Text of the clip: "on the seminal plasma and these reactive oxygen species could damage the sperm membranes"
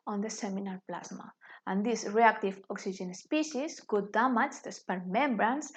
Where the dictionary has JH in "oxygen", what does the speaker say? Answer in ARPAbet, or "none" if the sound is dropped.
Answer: ZH